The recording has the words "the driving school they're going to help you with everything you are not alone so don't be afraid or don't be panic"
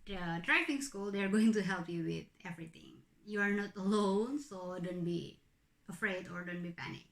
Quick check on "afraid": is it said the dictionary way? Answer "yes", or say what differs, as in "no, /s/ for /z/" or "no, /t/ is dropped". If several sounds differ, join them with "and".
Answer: yes